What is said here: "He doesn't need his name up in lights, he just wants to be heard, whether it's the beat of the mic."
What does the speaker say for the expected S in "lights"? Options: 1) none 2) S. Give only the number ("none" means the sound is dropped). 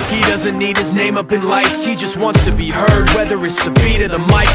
2